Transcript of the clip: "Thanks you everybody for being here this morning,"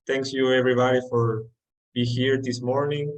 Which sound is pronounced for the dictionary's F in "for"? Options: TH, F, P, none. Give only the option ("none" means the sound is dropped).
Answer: F